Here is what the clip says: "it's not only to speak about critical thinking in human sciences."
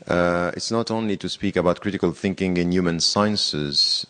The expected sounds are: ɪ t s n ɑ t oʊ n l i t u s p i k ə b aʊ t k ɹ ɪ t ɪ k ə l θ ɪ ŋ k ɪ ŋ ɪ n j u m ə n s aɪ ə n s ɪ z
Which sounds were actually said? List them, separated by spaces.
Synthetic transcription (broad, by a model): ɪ t s n ɑ t oʊ n l i t u s p i k ə b aʊ t k ɹ ɪ t ɪ k ə l θ ɪ ŋ k ɪ ŋ ɪ n j u m ə n s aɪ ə n s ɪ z